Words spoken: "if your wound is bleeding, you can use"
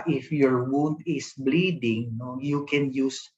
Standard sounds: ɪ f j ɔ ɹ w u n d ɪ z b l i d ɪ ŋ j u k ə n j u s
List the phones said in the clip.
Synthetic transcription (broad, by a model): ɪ f j ɔ ɹ w u n d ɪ s b l i d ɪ ŋ j u k ə n j u s